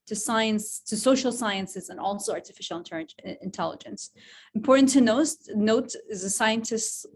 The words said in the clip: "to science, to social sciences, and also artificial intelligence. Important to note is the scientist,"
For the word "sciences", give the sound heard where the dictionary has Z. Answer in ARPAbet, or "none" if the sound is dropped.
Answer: Z